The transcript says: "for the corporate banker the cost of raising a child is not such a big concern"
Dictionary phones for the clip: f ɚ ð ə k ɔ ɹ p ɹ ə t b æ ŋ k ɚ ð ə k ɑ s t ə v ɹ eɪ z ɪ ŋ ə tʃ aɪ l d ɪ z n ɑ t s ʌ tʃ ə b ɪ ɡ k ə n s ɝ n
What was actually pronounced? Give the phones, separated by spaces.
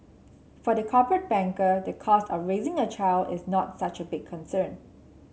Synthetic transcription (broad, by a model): f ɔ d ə k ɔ p ɹ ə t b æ ŋ k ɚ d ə k ɑ s t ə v ɹ eɪ z ɪ ŋ ə tʃ aɪ l d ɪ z n ɑ t s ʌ tʃ ə b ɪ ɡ k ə n s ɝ n